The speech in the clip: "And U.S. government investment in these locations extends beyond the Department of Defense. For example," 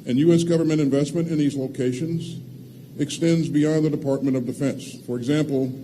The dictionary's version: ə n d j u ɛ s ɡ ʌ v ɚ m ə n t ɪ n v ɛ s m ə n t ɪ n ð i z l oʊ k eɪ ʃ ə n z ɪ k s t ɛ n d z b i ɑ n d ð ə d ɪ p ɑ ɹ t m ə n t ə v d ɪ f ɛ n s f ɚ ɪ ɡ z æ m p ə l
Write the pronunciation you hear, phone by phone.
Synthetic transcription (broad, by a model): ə n j u ɛ s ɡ ʌ v ɚ m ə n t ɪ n v ɛ s m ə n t ɪ n ð i z l oʊ k eɪ ʃ ə n z ɪ k s t ɛ n d z b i ɑ n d ð ə d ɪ p ɑ ɹ t m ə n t ə v d ɪ f ɛ n s f ɚ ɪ ɡ z æ m p l